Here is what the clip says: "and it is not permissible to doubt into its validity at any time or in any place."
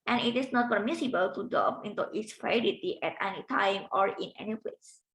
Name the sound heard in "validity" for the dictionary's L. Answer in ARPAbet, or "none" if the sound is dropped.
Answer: none